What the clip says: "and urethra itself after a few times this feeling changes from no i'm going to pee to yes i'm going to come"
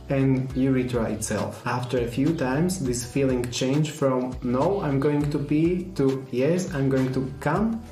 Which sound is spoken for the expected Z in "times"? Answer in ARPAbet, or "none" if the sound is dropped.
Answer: S